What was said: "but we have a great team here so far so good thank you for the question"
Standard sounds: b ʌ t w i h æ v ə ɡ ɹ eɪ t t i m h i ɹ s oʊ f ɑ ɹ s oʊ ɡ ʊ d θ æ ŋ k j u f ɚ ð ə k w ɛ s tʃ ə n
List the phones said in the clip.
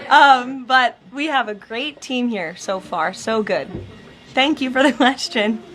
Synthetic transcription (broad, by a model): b ʌ t w i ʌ v ə ɡ ɹ eɪ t t i m h i ɹ s oʊ f ɑ ɹ s oʊ ɡ ʊ d θ æ ŋ k j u f ɚ ð ə k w ɛ s tʃ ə n